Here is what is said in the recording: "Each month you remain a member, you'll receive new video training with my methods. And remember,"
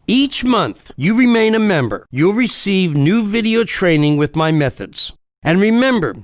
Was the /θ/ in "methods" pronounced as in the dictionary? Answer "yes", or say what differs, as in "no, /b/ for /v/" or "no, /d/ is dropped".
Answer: yes